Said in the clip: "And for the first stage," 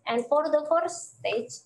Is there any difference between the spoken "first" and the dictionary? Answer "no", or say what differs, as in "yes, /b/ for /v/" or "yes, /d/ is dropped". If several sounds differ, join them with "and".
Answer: yes, /s/ is dropped